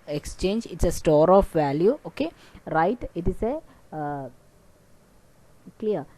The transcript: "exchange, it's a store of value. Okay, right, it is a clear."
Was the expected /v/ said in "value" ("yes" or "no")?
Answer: yes